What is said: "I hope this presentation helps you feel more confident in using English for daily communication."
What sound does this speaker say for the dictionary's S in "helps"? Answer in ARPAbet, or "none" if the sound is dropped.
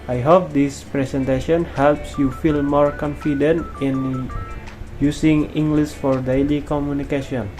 S